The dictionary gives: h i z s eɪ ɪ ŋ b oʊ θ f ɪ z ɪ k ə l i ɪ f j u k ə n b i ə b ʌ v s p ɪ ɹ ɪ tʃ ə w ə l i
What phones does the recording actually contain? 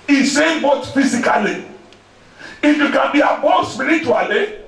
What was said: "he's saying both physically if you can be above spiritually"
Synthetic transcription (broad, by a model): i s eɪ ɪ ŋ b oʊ t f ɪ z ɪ k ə l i ɪ f j u k ə n b i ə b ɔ s p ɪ ɹ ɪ tʃ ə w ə l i